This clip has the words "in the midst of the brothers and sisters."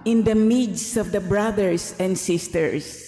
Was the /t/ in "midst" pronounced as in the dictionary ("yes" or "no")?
no